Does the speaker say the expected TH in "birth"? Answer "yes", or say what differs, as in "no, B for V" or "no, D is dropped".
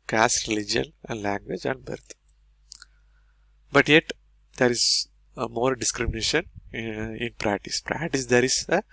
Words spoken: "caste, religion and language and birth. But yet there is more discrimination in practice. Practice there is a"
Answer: no, T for TH